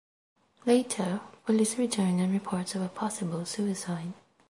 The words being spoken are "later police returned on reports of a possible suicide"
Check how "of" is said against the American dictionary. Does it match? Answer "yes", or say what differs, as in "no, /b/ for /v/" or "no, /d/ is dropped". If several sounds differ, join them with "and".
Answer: yes